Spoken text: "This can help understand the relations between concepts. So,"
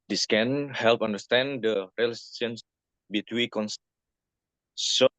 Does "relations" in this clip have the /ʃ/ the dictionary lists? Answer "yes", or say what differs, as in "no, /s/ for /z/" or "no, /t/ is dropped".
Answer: no, /s/ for /ʃ/